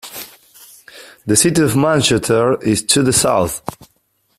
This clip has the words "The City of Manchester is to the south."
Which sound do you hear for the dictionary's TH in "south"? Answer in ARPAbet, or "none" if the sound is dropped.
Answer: TH